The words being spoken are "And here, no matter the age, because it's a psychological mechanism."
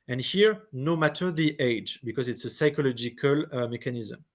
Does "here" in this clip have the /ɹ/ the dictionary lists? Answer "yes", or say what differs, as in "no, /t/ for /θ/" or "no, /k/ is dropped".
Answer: yes